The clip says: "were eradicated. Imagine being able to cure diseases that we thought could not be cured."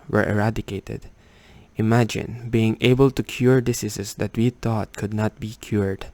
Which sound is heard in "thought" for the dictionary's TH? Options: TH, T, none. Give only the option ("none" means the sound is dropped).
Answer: T